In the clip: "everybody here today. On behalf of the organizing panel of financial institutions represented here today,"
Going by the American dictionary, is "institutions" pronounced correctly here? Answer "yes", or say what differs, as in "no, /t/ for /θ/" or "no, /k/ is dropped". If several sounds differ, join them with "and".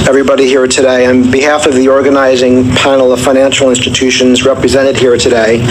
yes